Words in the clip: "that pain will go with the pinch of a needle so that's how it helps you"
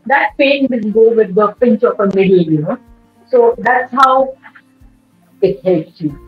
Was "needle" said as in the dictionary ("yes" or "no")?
no